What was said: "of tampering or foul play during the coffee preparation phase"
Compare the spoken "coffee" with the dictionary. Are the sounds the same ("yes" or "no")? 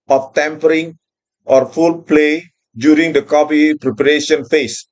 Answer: no